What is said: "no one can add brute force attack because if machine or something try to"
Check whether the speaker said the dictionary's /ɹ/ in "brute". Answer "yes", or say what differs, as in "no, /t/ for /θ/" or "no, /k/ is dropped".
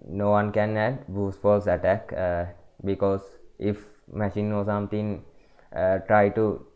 no, /ɹ/ is dropped